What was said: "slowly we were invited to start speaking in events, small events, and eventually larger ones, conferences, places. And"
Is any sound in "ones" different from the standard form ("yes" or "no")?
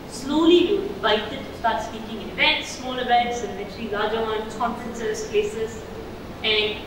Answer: yes